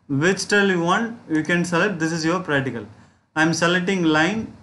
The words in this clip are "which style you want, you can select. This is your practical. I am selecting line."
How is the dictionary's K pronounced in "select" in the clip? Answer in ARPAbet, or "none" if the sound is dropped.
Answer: none